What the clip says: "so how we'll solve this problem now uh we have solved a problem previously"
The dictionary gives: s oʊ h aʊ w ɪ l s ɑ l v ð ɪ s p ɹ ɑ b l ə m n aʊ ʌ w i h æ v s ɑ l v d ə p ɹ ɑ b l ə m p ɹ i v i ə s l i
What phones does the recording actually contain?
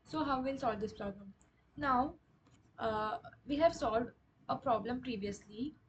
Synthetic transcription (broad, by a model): s oʊ h aʊ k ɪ n s ɑ l v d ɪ s p ɹ ɑ b l ə m n aʊ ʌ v i h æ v s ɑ l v d ə p ɹ ɑ b l ə m p ɹ i v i ə s l i